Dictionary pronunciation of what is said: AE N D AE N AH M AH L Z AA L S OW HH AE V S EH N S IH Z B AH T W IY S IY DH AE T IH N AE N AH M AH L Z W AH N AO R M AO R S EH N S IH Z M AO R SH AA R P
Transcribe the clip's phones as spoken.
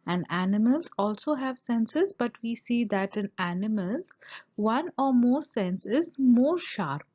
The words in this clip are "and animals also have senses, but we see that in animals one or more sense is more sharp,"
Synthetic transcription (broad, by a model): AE N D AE N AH M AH L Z AA L S OW HH AE V S EH N S IH Z B AH T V IY S IY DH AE T IH N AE N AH M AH L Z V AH N AO R M AO R S EH N S IH Z M AO R SH AA R P